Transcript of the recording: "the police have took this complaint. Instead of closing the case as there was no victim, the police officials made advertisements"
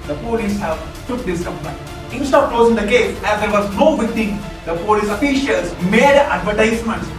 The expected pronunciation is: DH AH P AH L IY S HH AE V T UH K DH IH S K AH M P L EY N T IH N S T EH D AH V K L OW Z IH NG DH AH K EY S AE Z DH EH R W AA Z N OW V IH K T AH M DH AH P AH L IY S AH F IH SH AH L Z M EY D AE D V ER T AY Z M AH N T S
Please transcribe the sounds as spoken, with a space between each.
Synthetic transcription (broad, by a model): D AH P AH L IY S HH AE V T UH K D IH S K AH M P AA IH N IH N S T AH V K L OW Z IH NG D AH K EY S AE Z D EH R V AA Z N OW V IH T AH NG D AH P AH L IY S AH F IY SH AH L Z M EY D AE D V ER T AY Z M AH N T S